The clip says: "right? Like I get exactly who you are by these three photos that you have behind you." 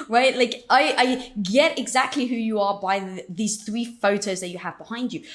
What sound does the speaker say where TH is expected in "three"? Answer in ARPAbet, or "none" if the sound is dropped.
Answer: TH